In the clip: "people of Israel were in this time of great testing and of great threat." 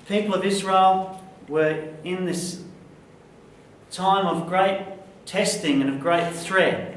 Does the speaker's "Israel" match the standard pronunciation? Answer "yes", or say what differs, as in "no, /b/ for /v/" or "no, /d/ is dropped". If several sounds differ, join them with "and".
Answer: yes